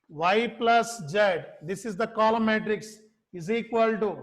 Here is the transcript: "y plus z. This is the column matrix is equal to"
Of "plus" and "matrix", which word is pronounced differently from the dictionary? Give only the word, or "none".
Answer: none